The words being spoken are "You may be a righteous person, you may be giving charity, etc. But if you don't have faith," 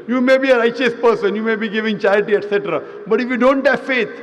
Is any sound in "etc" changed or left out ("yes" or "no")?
no